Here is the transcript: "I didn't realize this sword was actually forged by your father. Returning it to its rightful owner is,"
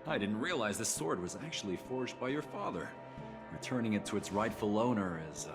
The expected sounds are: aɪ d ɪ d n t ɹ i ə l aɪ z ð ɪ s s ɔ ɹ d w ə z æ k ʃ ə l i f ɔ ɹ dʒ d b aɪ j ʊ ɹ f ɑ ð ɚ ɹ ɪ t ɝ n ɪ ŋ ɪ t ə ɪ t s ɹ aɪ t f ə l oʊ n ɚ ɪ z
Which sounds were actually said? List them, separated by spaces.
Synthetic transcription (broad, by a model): aɪ d ɪ d n t ɹ i ə l aɪ z ð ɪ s s ɔ ɹ d w ə z æ k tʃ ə l i f ɔ ɹ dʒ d b aɪ j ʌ ɹ f ɑ ð ɚ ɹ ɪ t ɝ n ɪ ŋ ɪ t ə ɪ t s ɹ aɪ t f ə l oʊ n ɚ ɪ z